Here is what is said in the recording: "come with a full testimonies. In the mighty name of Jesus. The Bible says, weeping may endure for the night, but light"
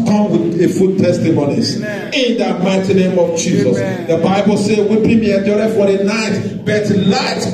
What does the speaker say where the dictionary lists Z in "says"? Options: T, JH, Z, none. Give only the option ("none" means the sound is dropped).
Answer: none